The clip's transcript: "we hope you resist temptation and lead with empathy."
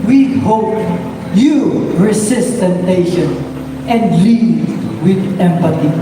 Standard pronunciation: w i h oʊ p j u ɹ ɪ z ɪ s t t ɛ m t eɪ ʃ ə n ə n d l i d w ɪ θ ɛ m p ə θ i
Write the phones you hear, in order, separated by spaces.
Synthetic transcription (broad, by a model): w i h oʊ p j u ɹ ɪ s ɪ s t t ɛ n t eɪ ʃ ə n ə n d l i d w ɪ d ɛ m p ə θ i